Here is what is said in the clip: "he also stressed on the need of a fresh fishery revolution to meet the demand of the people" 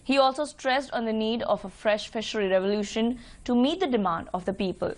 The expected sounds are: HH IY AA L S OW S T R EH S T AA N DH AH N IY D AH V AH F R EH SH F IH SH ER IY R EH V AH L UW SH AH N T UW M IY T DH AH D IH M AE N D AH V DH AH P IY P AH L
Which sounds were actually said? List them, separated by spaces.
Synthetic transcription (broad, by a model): HH IY AA L S OW S T R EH S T AA N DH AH N IY D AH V AH F R EH SH F IH SH ER IY R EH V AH L UW SH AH N T UW M IY T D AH D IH M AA N D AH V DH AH P IY P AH L